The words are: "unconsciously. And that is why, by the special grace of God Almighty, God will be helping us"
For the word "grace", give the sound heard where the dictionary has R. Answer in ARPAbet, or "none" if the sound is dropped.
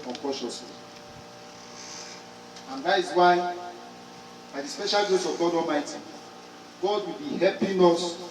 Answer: none